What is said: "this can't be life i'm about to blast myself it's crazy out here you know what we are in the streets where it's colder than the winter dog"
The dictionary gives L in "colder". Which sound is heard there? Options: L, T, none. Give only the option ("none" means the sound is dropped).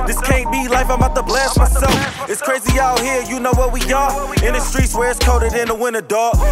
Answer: none